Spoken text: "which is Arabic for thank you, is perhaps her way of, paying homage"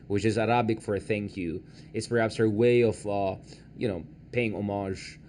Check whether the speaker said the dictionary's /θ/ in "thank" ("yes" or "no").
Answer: yes